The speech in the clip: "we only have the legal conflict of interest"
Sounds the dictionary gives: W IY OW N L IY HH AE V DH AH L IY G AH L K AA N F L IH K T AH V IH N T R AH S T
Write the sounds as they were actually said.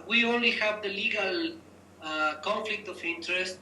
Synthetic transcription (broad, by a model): W IY OW N L IY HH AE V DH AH L IY G AH L K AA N F L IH K T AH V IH N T R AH S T